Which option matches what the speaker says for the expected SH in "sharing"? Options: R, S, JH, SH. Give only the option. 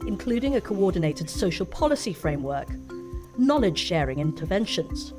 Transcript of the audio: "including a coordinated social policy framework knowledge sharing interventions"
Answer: SH